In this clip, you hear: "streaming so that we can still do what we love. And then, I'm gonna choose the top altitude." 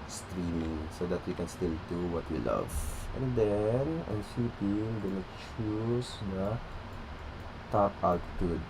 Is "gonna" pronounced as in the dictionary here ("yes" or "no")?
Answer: no